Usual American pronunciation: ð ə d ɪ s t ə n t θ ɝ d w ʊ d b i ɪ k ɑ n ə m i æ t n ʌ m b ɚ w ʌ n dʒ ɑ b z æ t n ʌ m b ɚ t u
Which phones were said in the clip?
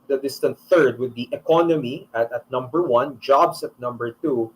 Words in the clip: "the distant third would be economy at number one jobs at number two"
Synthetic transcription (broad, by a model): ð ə d ɪ s t ə n t θ ɝ d w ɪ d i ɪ k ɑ n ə m i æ t n ʌ m b ɚ w ʌ n dʒ ɑ b s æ t n ʌ m b ɚ t u